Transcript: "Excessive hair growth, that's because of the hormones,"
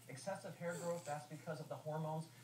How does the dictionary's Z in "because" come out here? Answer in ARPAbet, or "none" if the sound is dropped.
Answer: Z